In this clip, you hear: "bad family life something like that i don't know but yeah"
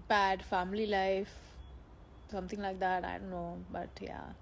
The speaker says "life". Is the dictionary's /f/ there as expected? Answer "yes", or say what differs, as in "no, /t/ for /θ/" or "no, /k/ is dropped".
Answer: yes